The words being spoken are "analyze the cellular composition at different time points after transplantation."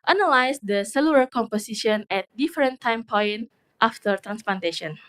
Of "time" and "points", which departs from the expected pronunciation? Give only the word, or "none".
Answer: points